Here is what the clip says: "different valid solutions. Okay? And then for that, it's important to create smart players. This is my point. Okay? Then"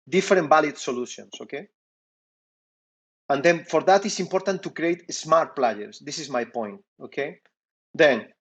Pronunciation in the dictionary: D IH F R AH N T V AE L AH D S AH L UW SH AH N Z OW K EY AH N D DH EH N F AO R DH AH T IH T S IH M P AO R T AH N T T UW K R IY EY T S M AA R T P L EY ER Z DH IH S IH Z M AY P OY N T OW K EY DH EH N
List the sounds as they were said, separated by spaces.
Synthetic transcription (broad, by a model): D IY F R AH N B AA L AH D S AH L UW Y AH N S OW K EY AH N D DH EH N F AO R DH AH T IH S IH M P AO R T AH N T T UW K R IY EY T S M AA R T P L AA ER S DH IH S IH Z M AY P OY N T OW K EY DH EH N